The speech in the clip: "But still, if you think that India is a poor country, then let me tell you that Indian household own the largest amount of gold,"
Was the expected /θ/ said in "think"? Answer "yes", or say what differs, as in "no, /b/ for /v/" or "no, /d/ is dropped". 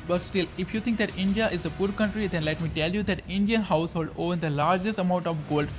no, /t/ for /θ/